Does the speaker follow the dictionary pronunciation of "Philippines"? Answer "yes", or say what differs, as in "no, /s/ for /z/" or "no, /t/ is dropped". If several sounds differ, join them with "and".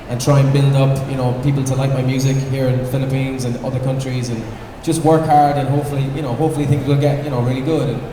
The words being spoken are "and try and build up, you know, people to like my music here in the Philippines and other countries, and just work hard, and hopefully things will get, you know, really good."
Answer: yes